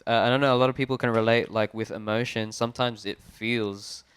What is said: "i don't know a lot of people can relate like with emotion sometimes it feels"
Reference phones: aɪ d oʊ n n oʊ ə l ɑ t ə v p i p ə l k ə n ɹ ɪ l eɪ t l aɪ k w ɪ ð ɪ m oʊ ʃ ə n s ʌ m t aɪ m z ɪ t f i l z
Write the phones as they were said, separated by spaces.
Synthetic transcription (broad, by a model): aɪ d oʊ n n oʊ ə l ɑ t ə v p i p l k ə n ɹ ɪ l eɪ t l aɪ k w ɪ ð ɪ m oʊ ʃ ə n s ʌ m t aɪ m z ɪ t f i l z